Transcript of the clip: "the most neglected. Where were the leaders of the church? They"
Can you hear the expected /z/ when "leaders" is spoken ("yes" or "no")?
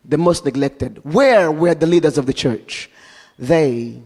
yes